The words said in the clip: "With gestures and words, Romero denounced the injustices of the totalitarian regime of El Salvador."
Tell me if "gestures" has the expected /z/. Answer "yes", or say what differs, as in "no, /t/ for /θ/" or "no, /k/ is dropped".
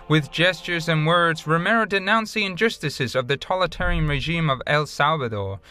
yes